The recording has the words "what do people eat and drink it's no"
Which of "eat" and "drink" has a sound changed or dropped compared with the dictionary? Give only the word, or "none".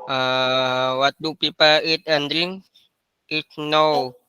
drink